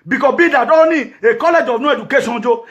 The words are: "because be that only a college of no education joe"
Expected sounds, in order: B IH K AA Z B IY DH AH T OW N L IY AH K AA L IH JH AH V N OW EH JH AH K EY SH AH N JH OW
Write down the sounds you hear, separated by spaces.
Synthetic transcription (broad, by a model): B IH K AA B IY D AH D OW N IY AH K AA L IH JH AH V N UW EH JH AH K EY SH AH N JH OW